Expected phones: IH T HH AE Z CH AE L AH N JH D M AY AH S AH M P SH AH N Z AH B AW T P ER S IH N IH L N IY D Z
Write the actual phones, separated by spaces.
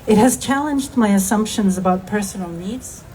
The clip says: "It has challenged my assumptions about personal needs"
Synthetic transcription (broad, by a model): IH T HH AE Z CH AE L AH N JH D M AY AH S AH M P SH AH N Z AH B AW T P ER S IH N L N IY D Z